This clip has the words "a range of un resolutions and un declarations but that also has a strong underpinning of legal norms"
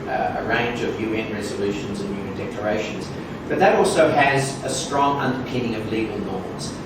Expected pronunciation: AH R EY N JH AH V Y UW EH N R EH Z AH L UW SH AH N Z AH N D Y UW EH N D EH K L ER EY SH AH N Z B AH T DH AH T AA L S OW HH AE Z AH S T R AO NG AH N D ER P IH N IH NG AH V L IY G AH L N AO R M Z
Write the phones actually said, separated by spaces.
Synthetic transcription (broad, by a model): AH R EY N JH AH V Y UW EH N R EH Z AH L UW SH AH N Z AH N Y UW EH N D EH K L ER EY SH AH N Z B AH T DH AH T AA L S OW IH Z AH S T R AO NG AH N D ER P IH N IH NG AH V L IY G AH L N AO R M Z